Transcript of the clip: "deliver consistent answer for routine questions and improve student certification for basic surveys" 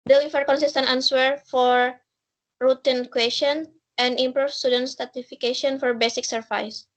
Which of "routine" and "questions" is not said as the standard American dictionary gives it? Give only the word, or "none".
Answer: questions